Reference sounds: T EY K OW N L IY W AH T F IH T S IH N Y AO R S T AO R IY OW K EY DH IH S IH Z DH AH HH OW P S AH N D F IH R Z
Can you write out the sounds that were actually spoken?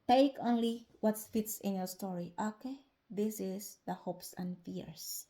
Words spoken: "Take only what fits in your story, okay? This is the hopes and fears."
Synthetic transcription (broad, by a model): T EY K OW N L IY W AH T F IH T S IH N Y AO R S T AO R IY OW K EY DH IH S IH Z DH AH HH OW P S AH N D F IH R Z